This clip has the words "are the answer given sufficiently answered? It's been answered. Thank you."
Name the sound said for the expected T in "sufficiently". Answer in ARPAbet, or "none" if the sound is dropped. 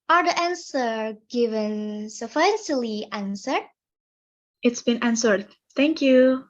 S